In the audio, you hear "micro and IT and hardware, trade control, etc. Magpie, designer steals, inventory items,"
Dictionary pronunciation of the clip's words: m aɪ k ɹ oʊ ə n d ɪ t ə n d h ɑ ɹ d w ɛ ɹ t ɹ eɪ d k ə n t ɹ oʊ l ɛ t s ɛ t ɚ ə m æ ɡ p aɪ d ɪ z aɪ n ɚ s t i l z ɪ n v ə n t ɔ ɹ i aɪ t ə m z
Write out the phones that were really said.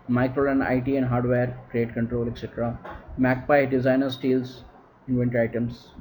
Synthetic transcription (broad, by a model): m aɪ k ɹ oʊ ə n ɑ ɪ t ə n d h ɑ ɹ d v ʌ ɹ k ɹ eɪ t k ə n t ɹ oʊ l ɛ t s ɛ t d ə m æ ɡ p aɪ d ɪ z aɪ n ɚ s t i l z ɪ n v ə n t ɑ i t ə m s